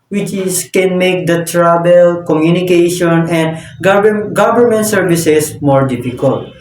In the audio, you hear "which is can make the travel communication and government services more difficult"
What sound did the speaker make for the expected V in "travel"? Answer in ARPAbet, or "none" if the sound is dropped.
B